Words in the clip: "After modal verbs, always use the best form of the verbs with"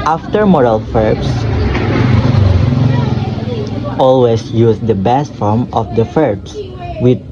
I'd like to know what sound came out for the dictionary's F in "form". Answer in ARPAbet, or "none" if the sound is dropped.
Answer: F